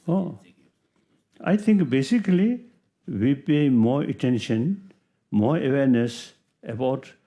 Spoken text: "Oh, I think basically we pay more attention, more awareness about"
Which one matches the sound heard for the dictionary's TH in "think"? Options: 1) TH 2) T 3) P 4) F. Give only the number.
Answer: 2